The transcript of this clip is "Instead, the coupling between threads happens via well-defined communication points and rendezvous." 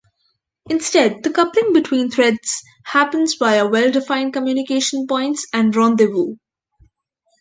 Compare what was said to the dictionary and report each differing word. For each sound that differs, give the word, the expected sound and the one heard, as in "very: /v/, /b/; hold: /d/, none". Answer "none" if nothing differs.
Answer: threads: /θ/, /t/; via: /v/, /b/